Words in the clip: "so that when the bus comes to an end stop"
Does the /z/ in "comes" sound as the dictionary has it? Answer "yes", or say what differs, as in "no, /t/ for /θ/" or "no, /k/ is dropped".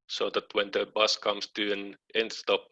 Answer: no, /s/ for /z/